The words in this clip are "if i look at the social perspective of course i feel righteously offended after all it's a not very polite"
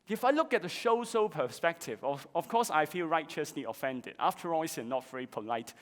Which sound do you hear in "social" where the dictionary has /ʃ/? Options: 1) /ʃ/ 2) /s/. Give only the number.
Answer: 2